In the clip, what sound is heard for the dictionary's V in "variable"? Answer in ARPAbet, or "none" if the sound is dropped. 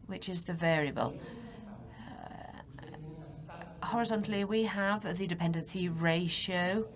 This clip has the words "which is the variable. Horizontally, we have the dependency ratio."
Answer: V